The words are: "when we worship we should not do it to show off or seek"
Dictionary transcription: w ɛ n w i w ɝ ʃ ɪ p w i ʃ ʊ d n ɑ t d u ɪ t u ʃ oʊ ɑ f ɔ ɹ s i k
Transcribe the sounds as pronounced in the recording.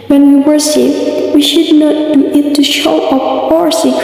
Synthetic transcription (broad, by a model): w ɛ n w i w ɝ s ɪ f w i ʃ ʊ d n ɑ t d u ɪ t u ʃ oʊ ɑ p ɔ ɹ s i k